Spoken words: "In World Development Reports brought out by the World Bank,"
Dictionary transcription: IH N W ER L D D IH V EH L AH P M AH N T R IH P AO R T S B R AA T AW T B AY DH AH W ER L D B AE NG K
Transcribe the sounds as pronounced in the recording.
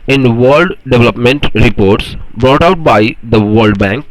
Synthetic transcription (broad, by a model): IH N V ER L D D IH V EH L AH P M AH N T R IH P AO R T S B R AA T AW T B AY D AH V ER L D B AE NG K